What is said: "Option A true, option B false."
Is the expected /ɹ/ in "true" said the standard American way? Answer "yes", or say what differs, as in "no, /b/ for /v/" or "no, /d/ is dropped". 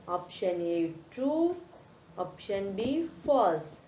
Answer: no, /ɹ/ is dropped